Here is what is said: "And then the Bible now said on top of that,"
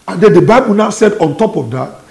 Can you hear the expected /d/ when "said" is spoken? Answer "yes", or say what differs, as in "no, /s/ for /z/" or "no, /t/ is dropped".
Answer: yes